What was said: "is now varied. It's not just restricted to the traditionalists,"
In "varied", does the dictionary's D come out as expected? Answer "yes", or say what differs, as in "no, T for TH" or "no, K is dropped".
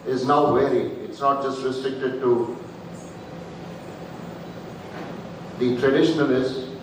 no, D is dropped